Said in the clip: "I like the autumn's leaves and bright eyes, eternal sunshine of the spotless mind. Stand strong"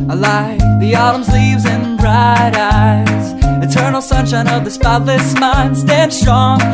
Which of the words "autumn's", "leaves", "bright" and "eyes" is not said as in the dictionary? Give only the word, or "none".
none